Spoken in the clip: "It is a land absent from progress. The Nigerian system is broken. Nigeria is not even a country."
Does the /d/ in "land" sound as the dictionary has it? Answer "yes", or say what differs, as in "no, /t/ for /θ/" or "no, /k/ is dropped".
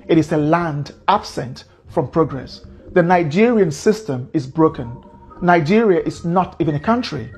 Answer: yes